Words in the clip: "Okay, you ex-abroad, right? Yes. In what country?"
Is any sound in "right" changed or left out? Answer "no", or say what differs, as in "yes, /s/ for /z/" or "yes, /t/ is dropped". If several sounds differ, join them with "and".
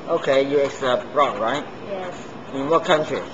no